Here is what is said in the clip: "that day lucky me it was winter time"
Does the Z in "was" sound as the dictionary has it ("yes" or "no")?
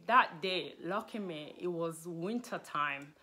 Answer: yes